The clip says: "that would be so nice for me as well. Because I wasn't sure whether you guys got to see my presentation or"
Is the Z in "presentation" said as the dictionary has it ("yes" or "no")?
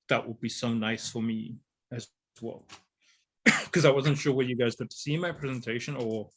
yes